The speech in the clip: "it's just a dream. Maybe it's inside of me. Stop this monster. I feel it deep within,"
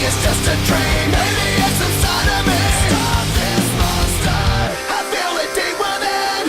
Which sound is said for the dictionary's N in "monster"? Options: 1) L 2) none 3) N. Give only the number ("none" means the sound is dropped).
2